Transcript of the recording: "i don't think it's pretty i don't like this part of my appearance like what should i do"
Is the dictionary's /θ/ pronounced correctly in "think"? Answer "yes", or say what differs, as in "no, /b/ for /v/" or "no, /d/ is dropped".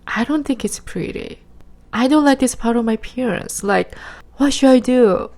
yes